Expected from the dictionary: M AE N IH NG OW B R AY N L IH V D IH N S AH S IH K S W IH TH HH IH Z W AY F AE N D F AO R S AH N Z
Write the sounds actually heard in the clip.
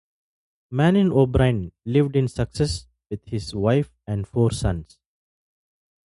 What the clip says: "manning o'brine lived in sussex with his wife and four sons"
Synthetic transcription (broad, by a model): M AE N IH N OW B R AY N L IH V D IH N S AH S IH S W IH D HH IH Z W AY F AE N D F AO R S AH N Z